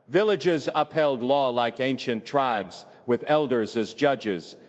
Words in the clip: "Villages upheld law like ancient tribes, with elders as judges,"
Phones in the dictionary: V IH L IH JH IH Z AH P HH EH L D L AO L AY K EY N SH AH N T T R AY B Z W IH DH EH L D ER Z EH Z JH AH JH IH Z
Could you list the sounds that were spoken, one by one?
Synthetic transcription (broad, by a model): V IH L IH JH IH Z AH P HH EH L D L AO L AY K EY N SH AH N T T R AY B Z W IH DH EH L D ER Z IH Z JH AH JH IH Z